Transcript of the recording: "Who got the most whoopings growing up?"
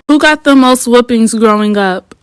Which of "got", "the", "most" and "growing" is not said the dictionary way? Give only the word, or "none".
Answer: none